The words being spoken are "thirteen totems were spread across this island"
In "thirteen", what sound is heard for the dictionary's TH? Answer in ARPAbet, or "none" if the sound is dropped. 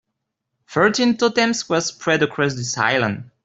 F